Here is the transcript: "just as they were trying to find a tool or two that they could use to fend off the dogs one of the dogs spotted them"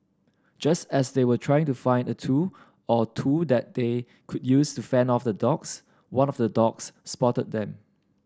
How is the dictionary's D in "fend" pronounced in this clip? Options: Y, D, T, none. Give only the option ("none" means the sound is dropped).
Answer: none